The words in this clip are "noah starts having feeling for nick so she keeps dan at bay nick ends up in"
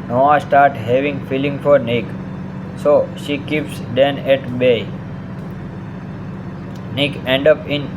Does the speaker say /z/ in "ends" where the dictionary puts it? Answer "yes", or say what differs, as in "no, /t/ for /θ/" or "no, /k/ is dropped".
no, /z/ is dropped